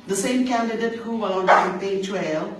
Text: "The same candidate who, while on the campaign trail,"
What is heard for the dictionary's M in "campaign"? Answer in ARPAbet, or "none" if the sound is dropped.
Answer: none